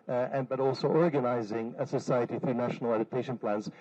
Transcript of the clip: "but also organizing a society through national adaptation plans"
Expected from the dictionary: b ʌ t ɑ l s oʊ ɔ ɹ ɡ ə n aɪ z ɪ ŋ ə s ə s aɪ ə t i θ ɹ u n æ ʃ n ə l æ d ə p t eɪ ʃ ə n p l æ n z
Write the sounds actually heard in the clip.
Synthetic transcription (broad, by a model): b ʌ t ɑ l s oʊ ɔ ɹ ɡ ə n aɪ z ɪ ŋ ə s ə s aɪ ə t i θ ɹ u n æ ʃ n ə l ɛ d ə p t eɪ ʃ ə n p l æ n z